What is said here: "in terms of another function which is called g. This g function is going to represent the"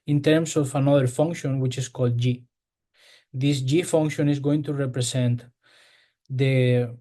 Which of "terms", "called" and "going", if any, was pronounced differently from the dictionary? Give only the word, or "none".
terms